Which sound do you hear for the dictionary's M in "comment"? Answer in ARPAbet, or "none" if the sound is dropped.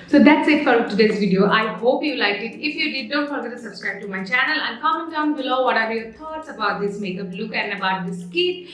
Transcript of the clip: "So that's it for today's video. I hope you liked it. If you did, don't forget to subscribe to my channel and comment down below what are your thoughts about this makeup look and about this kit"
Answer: none